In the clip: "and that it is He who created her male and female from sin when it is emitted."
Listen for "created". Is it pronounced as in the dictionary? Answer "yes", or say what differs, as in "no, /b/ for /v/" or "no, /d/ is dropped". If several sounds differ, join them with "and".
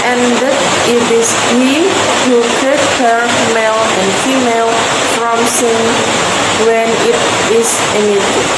no, /ɹ/ is dropped